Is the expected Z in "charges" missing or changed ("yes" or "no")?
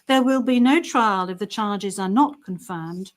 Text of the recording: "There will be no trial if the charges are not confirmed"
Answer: no